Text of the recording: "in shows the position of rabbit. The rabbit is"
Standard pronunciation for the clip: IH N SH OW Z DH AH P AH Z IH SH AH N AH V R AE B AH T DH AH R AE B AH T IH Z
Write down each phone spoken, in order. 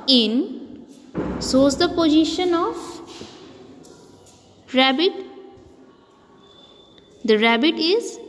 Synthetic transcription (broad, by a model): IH N S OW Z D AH P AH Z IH SH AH N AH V R AE B AH T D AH R AE B AH T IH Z